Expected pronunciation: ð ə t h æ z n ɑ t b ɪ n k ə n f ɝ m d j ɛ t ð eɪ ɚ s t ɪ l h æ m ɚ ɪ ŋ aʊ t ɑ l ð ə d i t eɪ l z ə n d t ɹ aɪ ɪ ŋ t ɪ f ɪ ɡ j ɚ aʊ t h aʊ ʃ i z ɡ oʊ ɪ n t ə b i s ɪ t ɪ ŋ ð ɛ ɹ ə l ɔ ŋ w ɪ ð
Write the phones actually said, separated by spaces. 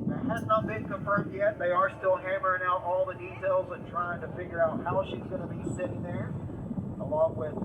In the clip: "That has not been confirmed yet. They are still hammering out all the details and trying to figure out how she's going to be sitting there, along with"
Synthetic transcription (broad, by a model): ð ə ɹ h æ z n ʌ t b ɪ n k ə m f ɝ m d j ɛ t ð eɪ ɚ s t ɪ l h æ m ɚ ɪ ŋ aʊ t ɑ l ð ə d i t eɪ l z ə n t ɹ aɪ ɪ ŋ t ɪ f ɪ ɡ j ɚ aʊ t h aʊ ʃ i z ɡ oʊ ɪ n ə b i s ɪ t ɪ ŋ ð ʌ ɹ ə l ɔ ŋ w ɪ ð